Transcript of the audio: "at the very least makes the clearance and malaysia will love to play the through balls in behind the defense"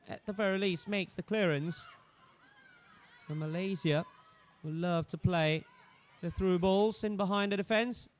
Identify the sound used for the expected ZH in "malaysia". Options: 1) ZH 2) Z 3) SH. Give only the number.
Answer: 2